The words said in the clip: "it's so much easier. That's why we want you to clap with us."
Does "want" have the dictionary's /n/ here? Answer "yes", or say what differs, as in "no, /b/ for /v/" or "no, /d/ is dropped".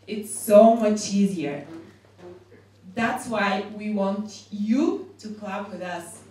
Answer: yes